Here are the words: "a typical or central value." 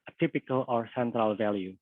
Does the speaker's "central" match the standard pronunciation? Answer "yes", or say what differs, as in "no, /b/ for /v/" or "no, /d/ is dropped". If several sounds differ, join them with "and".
yes